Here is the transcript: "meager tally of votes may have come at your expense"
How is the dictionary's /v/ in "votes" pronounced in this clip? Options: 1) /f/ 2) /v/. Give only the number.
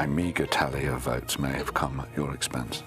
2